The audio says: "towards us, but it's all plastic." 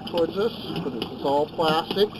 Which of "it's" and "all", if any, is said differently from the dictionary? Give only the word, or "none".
it's